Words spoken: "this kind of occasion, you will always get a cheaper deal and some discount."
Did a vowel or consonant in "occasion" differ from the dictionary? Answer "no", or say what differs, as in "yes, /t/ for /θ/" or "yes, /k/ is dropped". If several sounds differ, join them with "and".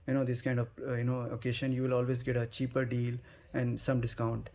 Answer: yes, /ʃ/ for /ʒ/